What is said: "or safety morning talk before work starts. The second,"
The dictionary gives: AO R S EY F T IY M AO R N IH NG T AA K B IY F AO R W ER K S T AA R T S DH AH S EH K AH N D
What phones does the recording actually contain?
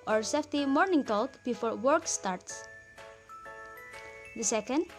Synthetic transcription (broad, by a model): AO R S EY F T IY M AO R N IH NG T AA K B IY F AO R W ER K S T AA R T S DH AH S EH K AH N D